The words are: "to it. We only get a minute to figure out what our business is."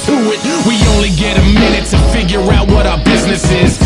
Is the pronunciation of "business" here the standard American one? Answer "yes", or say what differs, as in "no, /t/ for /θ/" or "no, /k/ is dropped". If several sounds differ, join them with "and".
yes